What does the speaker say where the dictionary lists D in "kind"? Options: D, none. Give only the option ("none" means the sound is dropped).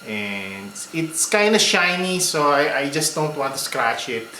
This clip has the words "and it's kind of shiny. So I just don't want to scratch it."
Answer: D